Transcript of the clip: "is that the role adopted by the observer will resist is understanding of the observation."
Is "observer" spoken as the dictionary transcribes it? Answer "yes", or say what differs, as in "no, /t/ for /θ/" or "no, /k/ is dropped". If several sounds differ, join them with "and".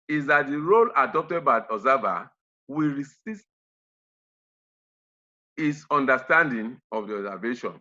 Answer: no, /b/ is dropped